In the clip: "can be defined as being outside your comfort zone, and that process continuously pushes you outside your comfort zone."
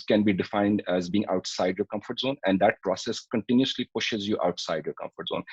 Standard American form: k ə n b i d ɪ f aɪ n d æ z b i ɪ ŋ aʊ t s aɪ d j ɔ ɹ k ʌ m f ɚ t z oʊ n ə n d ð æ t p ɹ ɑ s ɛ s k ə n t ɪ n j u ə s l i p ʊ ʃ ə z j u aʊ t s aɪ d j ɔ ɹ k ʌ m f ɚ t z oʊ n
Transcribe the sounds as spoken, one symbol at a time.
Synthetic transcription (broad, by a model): k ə n b i d ɪ f aɪ n d æ z b i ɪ ŋ aʊ t s aɪ d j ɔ k ʌ m f ɚ t z oʊ n ə n d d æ t p ɹ ɑ s ɛ s k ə n t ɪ n j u s l i p ʊ ʃ ə z j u aʊ t s aɪ d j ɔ k ʌ m f ɚ t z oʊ n